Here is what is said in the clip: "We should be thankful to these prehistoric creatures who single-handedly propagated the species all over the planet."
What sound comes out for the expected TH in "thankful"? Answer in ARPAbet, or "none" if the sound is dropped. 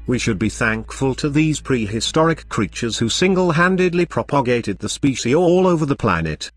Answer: TH